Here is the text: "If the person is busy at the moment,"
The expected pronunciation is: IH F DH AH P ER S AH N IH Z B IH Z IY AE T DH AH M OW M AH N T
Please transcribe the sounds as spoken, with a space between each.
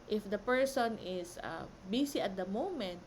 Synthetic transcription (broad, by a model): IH F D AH P ER S AH N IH S B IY S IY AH T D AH M OW M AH N T